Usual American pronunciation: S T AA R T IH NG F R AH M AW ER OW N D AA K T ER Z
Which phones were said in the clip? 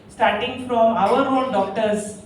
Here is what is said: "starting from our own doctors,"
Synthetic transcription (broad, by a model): S T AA R T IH NG F R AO M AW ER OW L D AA K T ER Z